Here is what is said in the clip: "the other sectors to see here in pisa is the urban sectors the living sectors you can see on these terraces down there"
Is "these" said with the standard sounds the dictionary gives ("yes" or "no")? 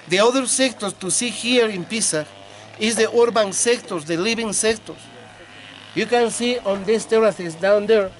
no